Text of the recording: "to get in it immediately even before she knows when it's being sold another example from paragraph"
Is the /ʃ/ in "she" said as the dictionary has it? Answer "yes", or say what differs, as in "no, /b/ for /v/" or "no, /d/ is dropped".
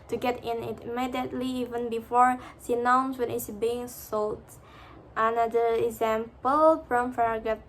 no, /s/ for /ʃ/